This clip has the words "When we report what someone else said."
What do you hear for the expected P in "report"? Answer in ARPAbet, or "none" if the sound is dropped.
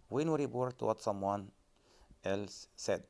B